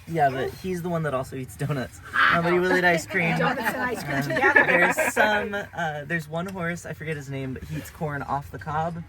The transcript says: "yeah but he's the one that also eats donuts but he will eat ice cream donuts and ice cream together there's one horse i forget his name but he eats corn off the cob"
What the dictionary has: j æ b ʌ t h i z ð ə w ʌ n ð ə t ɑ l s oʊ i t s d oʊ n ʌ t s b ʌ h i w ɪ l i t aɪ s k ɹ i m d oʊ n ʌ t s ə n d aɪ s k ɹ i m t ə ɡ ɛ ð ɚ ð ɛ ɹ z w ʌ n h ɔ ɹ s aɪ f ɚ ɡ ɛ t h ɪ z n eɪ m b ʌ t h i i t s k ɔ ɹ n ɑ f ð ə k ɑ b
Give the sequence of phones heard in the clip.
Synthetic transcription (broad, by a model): j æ b ʌ t h i z ð ə w ʌ n ð ə t ɑ l s oʊ i t s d oʊ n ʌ t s b ʌ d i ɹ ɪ l i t aɪ s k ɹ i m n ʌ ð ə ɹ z s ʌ m ə ð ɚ ɹ z w ʌ n h ɔ ɹ s aɪ f ɚ ɡ ɛ t h ɪ z n eɪ m b ʌ t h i i t s k ɔ ɹ n ɑ f ð ə k ɑ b